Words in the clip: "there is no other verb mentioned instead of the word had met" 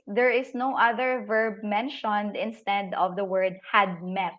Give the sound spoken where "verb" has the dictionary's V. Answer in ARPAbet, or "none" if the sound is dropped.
V